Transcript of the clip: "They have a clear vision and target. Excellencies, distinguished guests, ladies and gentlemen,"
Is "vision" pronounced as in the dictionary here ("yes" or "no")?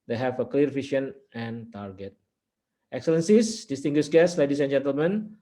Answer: no